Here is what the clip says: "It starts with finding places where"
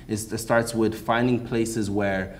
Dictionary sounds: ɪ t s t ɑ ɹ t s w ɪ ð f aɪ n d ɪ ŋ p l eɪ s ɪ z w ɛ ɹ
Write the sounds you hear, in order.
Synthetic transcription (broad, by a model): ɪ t s t ɑ ɹ t s w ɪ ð f aɪ n d ɪ ŋ p l eɪ s ɪ z w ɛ ɹ